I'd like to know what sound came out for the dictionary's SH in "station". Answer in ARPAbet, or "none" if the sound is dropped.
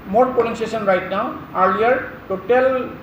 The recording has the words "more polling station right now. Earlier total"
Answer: S